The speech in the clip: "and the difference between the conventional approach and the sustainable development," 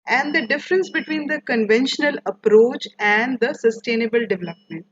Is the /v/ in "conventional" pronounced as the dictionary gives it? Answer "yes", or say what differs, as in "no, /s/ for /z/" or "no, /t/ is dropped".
yes